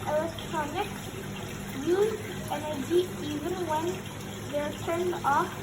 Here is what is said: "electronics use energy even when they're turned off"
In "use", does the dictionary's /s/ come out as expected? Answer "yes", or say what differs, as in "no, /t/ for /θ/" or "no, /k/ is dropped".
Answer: no, /s/ is dropped